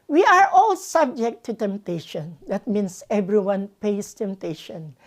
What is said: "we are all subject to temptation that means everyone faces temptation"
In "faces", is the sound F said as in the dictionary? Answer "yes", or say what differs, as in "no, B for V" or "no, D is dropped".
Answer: no, P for F